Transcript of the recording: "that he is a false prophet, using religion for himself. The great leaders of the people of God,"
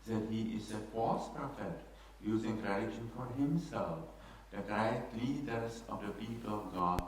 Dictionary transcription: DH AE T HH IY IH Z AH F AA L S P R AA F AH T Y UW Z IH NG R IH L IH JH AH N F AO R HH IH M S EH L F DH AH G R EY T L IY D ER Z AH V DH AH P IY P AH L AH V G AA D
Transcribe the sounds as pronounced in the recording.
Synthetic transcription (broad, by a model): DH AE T HH IY IH Z AH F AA S P R AA F AH T Y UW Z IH NG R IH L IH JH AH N F AO R HH IH M S EH L F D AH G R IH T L IY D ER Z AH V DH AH P IY P AH L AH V G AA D